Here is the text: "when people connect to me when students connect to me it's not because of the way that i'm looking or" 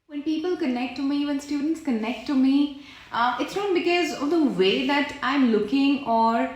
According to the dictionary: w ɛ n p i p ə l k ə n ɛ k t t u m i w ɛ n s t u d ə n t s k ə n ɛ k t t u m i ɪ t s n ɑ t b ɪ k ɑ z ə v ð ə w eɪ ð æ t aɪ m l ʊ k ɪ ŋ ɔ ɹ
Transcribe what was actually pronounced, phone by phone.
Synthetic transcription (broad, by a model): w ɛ n p i p ə l k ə n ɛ k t t u m i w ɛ n s t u d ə n t s k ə n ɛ k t t u m i ɪ t s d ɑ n b ɪ k ɑ z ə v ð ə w eɪ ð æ t aɪ m l ʊ k ɪ ŋ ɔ ɹ